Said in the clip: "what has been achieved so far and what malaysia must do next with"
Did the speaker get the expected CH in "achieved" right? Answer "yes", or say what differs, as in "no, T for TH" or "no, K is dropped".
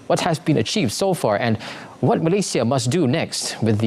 yes